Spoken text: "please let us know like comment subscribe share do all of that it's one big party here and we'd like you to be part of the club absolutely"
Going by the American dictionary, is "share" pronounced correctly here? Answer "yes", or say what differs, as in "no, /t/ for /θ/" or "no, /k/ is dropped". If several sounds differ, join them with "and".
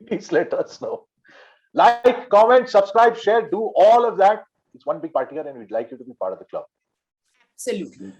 yes